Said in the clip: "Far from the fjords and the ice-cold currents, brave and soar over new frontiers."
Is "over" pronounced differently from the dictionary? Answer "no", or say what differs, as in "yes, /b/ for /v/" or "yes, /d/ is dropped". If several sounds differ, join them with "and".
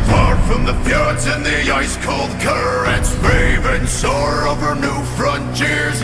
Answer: no